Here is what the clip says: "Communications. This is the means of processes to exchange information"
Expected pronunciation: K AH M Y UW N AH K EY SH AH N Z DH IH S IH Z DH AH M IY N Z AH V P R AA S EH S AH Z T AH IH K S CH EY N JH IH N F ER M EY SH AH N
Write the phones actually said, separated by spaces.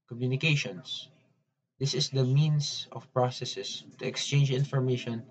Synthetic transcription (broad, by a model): K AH M Y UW N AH K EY SH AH N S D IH S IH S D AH M IY N S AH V P R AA S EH S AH S T AH IH K S CH EY N JH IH N F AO M EY SH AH N